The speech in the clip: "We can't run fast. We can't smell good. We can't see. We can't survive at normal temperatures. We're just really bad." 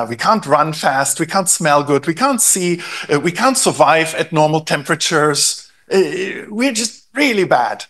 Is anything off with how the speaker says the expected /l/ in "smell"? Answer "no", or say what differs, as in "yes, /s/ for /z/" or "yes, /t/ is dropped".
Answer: no